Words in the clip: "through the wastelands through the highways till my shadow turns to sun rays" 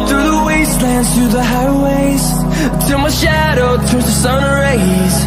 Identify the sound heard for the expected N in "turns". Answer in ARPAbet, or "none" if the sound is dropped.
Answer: none